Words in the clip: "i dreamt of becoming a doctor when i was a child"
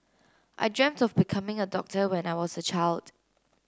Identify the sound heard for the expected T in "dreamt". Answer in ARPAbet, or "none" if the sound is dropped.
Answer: T